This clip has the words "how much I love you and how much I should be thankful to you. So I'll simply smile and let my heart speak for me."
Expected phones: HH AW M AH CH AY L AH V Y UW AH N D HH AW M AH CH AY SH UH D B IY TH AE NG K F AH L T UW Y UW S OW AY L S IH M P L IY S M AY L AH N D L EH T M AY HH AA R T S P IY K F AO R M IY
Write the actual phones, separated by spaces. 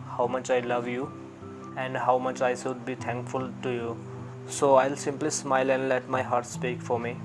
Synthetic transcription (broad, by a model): HH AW M AH CH AY L AH V Y UW AH N D HH AW M AH CH AY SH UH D B IY T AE NG K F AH L T UW Y UW S OW AY L S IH M P L IY S M AY L AH N D L EH T M AY HH AA R T S P IY K F AO R M IY